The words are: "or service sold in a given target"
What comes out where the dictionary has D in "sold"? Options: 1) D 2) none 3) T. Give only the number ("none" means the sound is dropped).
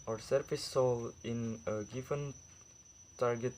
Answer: 2